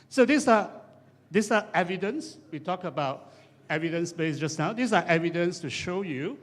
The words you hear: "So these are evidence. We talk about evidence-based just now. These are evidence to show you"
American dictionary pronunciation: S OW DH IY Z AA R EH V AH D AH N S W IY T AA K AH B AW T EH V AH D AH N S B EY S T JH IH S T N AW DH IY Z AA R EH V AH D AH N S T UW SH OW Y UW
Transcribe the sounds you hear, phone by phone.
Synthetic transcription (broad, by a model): S OW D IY S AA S EH V AH D AH N S W IY T AA K AH B AW T EH V AH D AH N S B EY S JH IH S N AW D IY S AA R EH V AH D AH N S T UW SH OW Y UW